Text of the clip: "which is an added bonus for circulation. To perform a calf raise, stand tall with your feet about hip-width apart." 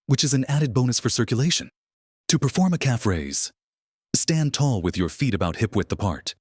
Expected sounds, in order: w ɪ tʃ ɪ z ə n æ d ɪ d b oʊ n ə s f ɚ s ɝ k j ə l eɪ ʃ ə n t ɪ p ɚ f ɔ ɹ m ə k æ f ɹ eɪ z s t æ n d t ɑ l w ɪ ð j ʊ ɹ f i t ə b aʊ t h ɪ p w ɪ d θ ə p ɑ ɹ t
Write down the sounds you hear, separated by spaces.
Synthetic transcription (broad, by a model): w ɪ tʃ ɪ z ə n æ d ɪ d b oʊ n ə s f ɚ s ɝ k j ə l eɪ ʃ ə n t ɪ p ɚ f ɔ ɹ m ə k æ f ɹ eɪ z s t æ n t ɑ l w ɪ ð j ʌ ɹ f i t ə b aʊ t h ɪ p w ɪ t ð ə p ɑ ɹ t